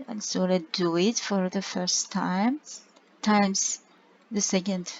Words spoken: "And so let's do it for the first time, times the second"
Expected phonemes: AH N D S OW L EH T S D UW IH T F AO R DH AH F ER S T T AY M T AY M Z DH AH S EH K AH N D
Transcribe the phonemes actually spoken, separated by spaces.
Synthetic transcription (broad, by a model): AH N S OW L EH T D UW IH T F AO R DH AH F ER S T T AY M T AY M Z DH AH S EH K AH N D